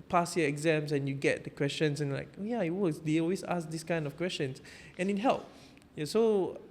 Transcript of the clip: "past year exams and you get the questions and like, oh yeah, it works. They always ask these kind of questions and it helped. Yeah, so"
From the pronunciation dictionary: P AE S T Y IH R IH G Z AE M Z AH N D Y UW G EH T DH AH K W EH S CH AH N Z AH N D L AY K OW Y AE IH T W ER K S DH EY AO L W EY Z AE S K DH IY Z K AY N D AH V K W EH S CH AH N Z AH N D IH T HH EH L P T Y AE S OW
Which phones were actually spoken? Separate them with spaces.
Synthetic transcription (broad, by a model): P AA S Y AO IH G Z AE M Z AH N Y UW G EH T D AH K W EH S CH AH N S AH N L AY K OW Y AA IH T W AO S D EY AO L W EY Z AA S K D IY S K AY N D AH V K W EH S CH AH N S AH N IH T HH EH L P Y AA S OW